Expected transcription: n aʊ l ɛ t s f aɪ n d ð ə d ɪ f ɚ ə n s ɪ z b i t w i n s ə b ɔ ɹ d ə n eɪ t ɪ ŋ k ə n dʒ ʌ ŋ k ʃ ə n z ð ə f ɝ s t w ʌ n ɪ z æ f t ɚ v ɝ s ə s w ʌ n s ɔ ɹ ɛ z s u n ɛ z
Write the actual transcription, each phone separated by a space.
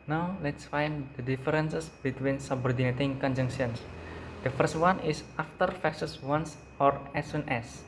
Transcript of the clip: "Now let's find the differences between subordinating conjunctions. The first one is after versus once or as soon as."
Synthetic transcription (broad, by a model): n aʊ l ɛ t s f aɪ n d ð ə d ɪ f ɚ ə n s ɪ s b i t w i n s ə b ɔ ɹ d ə n eɪ t ɪ ŋ k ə n dʒ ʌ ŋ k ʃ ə n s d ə f ɝ s t w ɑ n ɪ s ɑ f t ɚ f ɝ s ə s w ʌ n s ɔ ɹ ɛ s u n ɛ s